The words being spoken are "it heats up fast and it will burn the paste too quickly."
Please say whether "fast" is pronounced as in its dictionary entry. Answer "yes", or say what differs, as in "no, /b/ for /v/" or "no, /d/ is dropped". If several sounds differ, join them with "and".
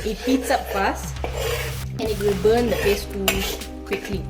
no, /t/ is dropped